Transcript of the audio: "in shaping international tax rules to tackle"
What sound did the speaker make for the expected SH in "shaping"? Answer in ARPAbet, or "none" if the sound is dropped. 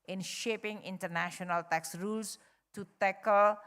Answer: SH